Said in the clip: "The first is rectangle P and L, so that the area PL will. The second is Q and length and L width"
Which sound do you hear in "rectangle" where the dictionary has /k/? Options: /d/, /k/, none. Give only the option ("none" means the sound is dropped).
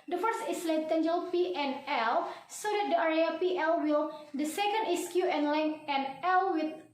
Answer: none